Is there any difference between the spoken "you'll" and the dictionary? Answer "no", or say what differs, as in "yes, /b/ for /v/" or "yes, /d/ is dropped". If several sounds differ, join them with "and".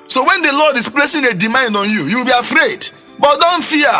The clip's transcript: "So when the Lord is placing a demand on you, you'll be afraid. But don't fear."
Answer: yes, /w/ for /l/